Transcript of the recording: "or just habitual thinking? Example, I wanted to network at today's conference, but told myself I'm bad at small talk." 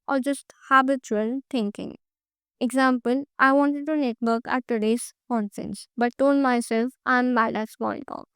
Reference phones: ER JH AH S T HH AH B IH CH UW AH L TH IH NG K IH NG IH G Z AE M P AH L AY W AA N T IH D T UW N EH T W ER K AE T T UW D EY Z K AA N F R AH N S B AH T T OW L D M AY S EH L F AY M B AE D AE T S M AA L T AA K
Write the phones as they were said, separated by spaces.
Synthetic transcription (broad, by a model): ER JH AH S T HH AH B IH CH UW AH L T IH NG K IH NG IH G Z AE M P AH L AY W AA N T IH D T UW N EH T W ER K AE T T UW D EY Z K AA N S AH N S B AH T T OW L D M AY S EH L F AY M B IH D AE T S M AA N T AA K